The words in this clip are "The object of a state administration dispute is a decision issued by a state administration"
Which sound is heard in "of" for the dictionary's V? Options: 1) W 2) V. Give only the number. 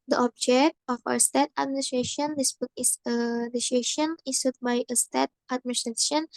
1